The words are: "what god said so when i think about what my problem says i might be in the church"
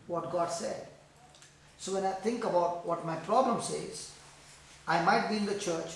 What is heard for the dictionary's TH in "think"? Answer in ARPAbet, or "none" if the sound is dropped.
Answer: T